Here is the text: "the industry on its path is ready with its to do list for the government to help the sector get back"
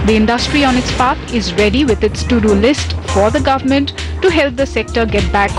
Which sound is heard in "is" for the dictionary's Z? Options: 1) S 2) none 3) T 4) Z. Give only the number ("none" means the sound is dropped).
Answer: 4